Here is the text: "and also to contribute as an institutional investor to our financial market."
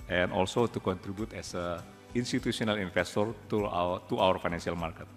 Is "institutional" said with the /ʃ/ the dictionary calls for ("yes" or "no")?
no